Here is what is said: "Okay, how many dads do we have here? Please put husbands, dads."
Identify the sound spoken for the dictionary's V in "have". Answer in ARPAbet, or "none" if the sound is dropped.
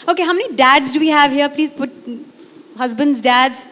V